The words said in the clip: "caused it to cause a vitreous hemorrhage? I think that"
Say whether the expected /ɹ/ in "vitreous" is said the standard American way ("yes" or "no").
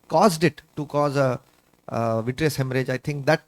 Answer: yes